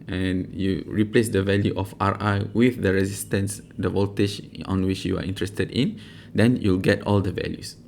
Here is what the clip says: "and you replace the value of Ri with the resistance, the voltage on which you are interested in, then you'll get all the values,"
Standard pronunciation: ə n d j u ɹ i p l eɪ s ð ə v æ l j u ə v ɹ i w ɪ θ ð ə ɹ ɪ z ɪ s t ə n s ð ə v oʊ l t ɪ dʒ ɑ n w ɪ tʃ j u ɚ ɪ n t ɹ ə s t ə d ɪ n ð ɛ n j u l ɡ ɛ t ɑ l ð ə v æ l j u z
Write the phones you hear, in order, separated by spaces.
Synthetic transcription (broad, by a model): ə n j u ɹ i p l eɪ s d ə v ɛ l j u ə f ɹ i w ɪ θ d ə ɹ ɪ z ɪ s t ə n s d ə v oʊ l t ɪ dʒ ɑ n w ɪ tʃ j u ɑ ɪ n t ɹ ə s t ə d ɪ n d ɛ n j u l ɡ ɛ t ɑ l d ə v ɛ l j u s